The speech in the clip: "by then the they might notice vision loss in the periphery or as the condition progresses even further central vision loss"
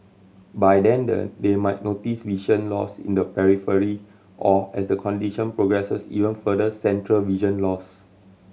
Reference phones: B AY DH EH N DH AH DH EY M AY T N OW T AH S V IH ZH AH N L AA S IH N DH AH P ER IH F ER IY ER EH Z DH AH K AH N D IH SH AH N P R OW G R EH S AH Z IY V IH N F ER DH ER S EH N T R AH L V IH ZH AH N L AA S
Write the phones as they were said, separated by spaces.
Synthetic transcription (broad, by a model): B AY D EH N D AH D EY M AY T N OW T AH S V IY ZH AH N L AA S IH N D AH P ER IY F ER IY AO EH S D AH K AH N D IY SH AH N P R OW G R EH S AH S IY V IH N F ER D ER S EH N T R AH L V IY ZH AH N L AA S